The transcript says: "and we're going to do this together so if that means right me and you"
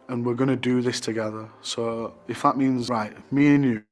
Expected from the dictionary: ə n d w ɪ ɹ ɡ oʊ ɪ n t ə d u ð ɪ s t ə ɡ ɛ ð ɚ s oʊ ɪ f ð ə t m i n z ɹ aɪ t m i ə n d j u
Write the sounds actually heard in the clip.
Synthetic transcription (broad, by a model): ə n w ɪ ɹ ɡ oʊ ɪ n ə d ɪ ð ɪ s t ə ɡ ɛ ð ɚ s oʊ ɪ f ð ə t m i n z ɹ aɪ t m i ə n j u